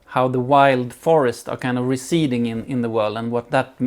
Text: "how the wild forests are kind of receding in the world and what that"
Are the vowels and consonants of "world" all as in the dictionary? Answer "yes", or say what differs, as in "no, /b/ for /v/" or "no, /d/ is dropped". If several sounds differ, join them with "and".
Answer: yes